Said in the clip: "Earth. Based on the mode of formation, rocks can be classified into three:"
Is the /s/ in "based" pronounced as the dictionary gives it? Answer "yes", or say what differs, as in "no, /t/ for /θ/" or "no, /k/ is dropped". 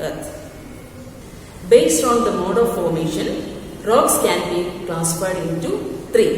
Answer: yes